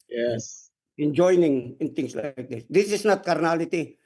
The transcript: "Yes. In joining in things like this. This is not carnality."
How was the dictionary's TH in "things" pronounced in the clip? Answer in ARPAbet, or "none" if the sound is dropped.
T